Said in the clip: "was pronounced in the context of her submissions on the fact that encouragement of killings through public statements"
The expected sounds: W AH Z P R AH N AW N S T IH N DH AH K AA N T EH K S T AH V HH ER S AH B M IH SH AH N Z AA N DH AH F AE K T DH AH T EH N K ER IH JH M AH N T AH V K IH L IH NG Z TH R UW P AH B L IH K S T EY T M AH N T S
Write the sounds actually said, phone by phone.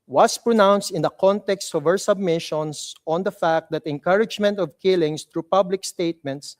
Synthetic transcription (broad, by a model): W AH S P R AH N AW N S T IH N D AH K AA N T EH K S T AH V HH ER S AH B M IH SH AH N S AA N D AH F AE K T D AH T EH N K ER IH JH M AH N T AH V K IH L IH NG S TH R UW P AH B L IH K S T EY T M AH N T S